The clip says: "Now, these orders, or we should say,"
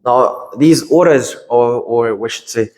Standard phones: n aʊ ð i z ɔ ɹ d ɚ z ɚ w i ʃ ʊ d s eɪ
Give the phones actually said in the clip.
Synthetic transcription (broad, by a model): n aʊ ð i z ɔ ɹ d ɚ z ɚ w i ʃ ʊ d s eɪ